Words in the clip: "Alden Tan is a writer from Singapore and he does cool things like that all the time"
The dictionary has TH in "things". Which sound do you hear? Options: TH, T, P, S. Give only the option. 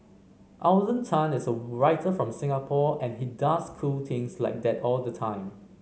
T